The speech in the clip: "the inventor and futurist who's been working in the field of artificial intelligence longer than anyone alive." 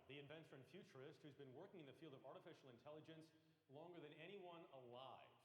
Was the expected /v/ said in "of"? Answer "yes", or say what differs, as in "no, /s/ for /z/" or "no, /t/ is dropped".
yes